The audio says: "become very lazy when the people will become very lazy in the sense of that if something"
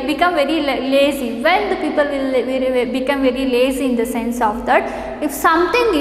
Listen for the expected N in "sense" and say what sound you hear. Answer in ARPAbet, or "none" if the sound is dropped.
N